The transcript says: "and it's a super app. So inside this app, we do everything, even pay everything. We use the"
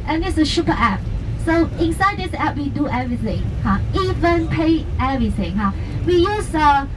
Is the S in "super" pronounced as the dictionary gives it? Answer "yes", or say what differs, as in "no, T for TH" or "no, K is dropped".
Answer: no, SH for S